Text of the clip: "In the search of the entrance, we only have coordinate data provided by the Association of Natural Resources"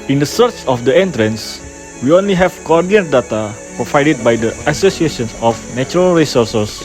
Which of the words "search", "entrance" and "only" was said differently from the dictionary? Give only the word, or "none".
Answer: none